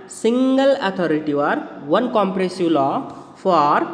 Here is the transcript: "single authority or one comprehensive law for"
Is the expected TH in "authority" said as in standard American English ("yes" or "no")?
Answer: no